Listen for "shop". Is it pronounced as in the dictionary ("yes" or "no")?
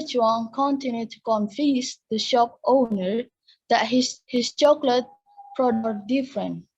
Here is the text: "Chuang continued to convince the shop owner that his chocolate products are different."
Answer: yes